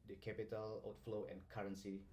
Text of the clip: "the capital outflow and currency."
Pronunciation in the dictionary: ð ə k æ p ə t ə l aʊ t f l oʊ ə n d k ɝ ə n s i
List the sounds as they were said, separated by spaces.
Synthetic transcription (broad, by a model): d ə k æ p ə t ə l aʊ t f l oʊ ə n k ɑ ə n s i